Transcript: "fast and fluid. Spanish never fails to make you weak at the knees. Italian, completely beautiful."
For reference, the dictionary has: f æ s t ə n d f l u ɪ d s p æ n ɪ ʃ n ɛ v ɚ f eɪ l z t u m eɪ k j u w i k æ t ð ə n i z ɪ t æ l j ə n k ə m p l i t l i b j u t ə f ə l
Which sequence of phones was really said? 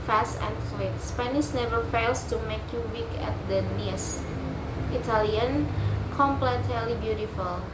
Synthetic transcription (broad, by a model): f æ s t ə n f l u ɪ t s p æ n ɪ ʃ n ɛ v ɚ f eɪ l s t u m eɪ k j u w i k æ t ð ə n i s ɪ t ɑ l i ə n k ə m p l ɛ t l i b j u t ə f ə l